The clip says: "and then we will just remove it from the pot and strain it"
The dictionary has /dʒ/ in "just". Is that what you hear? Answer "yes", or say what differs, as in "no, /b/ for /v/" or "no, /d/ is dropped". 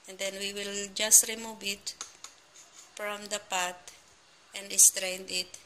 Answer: yes